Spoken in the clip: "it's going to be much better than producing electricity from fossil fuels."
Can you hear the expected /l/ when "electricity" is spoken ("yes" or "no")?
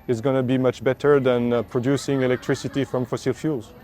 yes